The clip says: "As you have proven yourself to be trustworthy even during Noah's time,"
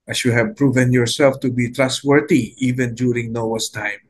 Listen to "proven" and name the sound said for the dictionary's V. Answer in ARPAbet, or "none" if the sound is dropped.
V